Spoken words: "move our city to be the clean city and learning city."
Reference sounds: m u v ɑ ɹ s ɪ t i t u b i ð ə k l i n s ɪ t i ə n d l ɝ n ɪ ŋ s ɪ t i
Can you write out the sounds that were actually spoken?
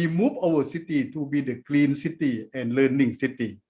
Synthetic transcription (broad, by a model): m u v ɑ w s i t i t u b i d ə k l i n s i t i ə n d l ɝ n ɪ ŋ s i t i